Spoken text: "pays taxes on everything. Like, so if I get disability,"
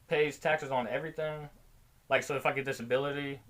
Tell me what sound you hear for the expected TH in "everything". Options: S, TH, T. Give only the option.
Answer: TH